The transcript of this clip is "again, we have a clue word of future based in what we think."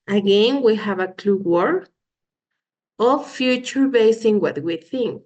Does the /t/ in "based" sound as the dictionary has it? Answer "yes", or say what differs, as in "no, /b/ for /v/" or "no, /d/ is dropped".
no, /t/ is dropped